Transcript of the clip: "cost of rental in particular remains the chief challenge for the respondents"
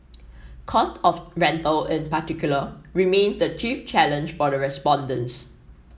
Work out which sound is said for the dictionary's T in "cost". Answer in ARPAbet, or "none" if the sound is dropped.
T